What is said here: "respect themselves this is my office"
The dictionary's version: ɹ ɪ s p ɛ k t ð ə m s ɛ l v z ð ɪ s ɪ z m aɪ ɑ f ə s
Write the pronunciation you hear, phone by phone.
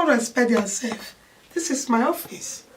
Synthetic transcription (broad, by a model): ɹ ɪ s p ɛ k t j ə s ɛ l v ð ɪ s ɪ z m aɪ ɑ f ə s